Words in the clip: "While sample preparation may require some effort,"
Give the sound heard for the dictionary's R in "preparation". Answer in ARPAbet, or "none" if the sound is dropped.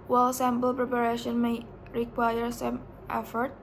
R